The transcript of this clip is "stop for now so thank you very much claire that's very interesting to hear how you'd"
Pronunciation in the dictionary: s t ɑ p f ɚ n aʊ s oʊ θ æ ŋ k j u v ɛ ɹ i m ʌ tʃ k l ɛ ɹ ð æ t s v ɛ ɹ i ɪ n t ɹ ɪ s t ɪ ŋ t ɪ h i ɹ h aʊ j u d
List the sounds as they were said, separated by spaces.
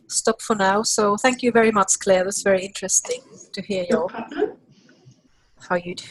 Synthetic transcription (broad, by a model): s t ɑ p f ɚ n aʊ s oʊ θ æ ŋ k j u v ɛ ɹ i m ʌ tʃ k l ɛ ɹ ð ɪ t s v ɛ ɹ i ɪ n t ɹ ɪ s t ɪ ŋ t ɪ h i ɹ h aʊ j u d